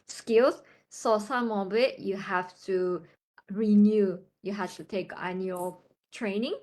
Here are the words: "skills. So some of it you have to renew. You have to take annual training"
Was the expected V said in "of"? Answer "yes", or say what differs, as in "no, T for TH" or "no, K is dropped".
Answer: no, B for V